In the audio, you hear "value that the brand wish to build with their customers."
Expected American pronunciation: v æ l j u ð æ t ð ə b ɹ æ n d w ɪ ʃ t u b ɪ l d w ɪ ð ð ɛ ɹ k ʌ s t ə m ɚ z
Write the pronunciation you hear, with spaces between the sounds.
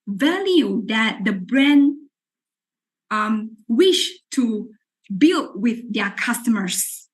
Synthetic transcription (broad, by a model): v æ l j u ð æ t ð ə b ɹ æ n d w ɪ ʃ t u b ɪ l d w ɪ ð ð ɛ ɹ k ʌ s t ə m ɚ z